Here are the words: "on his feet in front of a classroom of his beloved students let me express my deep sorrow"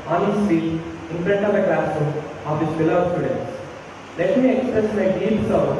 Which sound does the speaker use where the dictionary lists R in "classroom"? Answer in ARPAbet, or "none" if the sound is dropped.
none